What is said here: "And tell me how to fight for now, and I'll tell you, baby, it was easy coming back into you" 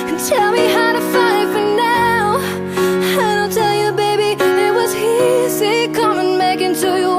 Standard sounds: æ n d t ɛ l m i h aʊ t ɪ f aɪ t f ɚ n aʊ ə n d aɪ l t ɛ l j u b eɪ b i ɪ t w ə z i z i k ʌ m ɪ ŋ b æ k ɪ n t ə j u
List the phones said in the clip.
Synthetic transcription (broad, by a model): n t ɛ l m i h aʊ t ɪ f aɪ t f ɚ n aʊ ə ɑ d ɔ n t ɛ l j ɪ b eɪ b i ɪ t w ə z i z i k ʌ m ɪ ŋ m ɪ k ɪ n t ə j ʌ